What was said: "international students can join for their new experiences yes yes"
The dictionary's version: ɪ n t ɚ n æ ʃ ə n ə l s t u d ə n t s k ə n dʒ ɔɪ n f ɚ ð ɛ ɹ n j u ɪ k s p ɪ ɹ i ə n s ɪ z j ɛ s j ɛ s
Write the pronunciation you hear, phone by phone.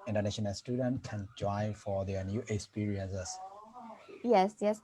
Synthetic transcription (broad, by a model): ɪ n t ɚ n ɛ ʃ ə n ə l s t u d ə n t k ə n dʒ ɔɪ f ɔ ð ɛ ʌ n j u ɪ k s p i ɹ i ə n s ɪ s j ɛ s j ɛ s